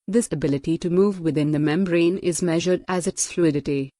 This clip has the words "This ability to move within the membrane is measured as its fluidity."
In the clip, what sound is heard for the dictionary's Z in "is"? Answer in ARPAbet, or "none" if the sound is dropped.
Z